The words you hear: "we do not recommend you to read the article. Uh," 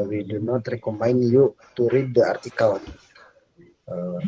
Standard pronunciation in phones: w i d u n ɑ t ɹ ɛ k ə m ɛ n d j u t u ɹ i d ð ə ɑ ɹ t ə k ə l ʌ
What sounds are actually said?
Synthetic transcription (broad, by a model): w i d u n ɑ t ɹ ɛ k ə m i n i j u t u ɹ i d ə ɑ ɹ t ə k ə n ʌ